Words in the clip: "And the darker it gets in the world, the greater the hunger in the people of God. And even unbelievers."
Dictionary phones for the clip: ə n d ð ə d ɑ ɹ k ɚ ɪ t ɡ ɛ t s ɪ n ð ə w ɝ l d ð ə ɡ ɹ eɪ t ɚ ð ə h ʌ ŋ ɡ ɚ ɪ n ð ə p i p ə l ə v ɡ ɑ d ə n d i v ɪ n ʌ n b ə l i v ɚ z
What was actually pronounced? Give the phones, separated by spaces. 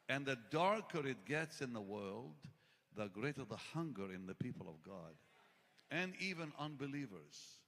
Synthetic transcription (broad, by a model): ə n ð ə d ɑ ɹ k ɚ ɪ t ɡ ɛ t s ɪ n ð ə w ɝ l d ð ə ɡ ɹ eɪ t ɚ ð ə h ʌ ŋ ɡ ɚ ɪ n ð ə p i p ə l ə v ɡ ɑ d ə n i v ɪ n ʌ n b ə l i v ɚ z